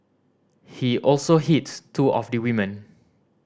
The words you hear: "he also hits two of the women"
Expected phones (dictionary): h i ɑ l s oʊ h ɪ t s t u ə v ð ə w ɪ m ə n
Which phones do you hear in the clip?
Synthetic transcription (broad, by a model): h i ɑ l s oʊ h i t t u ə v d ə w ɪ m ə n